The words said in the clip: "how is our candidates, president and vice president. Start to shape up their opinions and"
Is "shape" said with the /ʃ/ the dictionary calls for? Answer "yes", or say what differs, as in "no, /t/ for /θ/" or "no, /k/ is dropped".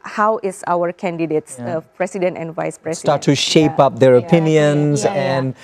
yes